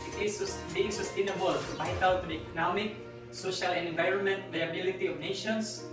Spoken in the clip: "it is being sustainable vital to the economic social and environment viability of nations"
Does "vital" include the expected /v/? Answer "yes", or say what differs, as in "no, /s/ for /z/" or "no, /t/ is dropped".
no, /b/ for /v/